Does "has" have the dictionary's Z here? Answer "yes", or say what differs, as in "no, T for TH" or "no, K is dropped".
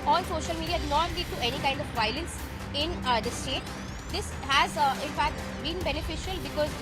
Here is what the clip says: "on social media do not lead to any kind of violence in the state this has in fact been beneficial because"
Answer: yes